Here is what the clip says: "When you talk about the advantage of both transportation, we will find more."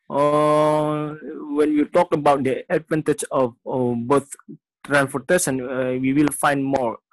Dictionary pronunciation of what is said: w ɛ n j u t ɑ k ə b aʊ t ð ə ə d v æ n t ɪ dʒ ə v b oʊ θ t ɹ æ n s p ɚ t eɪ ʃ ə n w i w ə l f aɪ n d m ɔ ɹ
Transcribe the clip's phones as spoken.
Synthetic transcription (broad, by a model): w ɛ n j u t ɑ k ə b aʊ t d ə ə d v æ n t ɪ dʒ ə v b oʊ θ t ɹ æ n s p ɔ t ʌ s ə n w i w ə l f aɪ n d m ɔ ɹ